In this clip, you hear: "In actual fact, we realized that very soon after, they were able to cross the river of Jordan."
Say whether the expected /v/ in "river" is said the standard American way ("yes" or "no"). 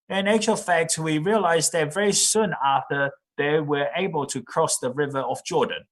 yes